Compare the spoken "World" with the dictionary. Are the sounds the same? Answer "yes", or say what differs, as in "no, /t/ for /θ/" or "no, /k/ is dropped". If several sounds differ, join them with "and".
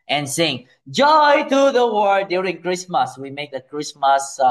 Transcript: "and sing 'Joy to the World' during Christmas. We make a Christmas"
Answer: no, /l/ is dropped